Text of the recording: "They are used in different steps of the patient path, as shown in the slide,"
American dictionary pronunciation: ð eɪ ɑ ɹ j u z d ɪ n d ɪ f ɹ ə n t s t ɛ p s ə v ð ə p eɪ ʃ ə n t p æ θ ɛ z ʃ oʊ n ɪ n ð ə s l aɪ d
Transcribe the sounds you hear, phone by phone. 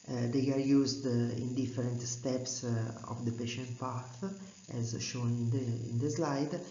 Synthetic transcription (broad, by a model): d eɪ ɑ ɹ j u z d ɪ n d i f ɹ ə n t s t ɛ p s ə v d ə p eɪ ʃ ə n t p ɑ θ ɛ z ʃ oʊ n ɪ n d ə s l aɪ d